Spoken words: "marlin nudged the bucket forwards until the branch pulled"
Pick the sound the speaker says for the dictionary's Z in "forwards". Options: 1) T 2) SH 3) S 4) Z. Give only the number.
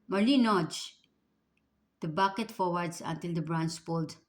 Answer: 3